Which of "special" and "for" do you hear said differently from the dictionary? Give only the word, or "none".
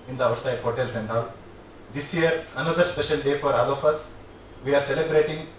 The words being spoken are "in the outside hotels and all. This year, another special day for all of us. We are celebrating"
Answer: special